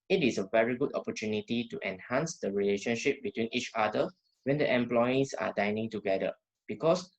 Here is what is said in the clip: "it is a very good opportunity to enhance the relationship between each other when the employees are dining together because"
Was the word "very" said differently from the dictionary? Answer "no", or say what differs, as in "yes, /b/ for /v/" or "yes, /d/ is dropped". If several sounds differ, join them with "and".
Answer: no